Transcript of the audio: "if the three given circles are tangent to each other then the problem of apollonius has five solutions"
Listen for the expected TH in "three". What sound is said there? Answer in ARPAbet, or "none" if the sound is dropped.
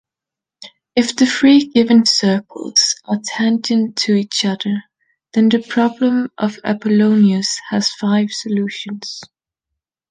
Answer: F